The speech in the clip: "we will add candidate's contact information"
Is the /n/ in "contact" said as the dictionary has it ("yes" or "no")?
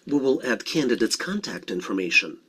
yes